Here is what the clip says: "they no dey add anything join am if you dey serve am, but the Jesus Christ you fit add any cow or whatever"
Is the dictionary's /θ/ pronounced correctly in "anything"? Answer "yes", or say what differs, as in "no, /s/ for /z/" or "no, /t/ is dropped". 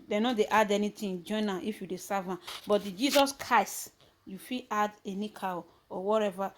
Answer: no, /t/ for /θ/